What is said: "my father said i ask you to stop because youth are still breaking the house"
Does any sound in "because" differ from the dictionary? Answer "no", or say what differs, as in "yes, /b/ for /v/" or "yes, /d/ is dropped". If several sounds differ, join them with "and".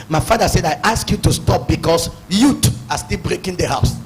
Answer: yes, /s/ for /z/